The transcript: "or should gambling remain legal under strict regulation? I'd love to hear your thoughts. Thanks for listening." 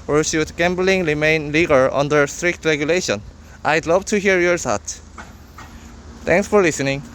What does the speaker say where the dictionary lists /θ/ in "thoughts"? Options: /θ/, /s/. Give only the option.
/s/